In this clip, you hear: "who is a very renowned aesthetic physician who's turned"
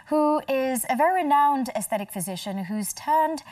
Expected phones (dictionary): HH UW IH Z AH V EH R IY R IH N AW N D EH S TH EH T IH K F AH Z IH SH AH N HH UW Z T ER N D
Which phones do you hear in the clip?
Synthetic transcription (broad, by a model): HH UW IH Z AH V EH R IY R IH N AW N D EH S TH EH T IH K F AH Z IH SH AH N HH UW Z T ER N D